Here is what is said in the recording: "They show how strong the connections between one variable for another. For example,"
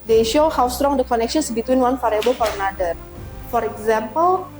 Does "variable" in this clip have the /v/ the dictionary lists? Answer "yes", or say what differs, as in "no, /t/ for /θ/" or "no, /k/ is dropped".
no, /f/ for /v/